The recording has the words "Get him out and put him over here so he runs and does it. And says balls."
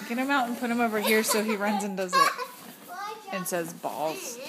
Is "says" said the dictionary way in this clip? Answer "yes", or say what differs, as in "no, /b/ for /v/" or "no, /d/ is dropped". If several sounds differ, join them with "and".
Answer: yes